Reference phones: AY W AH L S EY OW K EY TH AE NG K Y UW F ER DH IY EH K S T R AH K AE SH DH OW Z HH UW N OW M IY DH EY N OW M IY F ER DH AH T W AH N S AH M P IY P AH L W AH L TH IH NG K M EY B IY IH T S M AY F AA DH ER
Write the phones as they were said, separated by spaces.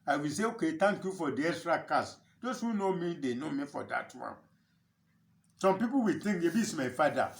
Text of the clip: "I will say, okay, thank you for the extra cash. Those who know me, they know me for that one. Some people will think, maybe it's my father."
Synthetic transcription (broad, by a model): AY W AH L S EY OW K EY T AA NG K Y UW F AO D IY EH S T R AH K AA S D OW S HH UW N OW M IY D EY N OW M IY F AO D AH T W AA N S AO M P IY P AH W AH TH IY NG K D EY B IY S M AY F AA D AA